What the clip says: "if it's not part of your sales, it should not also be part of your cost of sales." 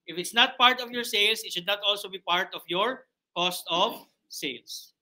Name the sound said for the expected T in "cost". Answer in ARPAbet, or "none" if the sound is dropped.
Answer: T